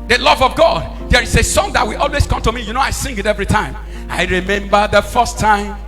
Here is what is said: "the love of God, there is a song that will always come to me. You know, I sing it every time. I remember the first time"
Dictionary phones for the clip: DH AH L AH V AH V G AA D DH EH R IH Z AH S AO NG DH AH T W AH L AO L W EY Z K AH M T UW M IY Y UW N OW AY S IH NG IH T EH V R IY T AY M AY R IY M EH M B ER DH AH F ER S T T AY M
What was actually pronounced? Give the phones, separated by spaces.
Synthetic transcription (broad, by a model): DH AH L AH V AH V G AA D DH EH R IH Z AH S AO NG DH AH T W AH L AO L W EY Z K AH M T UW M IY Y UW N OW AY S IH NG IH T EH V R IY T AY M AY R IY M EH M B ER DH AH F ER S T T AY M